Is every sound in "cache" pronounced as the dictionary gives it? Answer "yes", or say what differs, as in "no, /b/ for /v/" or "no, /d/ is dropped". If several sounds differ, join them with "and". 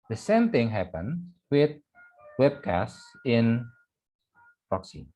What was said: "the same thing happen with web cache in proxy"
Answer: no, /s/ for /ʃ/